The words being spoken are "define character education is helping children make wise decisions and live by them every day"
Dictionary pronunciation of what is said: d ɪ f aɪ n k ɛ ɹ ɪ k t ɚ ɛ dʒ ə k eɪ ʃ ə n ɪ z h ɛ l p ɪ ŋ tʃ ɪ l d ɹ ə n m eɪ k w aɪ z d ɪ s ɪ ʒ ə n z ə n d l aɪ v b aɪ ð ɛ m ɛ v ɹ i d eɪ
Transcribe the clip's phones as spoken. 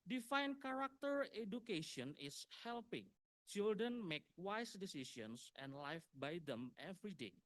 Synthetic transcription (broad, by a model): d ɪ f aɪ n k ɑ ɹ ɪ k t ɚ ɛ dʒ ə k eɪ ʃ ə n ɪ s h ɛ l p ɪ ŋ tʃ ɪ l d ɹ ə n m eɪ k w aɪ s d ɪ s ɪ s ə n s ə n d l aɪ f b aɪ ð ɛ m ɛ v ɹ i d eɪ